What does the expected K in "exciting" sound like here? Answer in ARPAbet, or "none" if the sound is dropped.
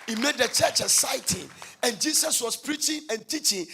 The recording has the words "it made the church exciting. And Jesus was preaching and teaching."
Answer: none